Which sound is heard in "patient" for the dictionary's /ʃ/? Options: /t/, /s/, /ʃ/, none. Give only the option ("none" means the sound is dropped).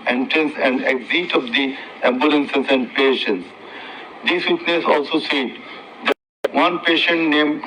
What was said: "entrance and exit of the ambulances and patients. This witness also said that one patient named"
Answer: /ʃ/